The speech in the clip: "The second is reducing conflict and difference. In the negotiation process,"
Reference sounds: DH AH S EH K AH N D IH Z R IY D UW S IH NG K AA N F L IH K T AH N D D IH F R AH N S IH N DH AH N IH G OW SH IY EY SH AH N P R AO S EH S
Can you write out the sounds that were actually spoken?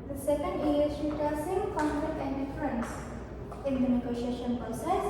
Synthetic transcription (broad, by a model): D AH S EH K AH N D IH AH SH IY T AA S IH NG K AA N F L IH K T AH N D D IH F R AH N S IH N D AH N IH G OW SH IY EY SH AH N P R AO S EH S